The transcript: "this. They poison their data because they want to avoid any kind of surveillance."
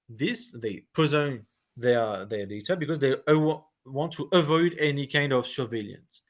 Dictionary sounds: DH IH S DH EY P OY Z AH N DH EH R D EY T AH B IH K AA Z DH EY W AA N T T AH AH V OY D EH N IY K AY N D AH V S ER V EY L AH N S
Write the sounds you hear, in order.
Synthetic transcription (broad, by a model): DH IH S DH EY P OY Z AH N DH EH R D EY T AH B IH K AA Z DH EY W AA N T T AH AH V OY D EH N IY K AY N D AH V S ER V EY L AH N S